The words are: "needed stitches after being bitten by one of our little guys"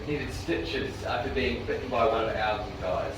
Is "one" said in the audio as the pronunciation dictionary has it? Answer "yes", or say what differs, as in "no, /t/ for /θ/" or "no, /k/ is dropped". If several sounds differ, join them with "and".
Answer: no, /n/ is dropped